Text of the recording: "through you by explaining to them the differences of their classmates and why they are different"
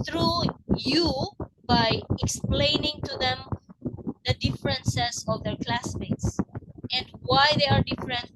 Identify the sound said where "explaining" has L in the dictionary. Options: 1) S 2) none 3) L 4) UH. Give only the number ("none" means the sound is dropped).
3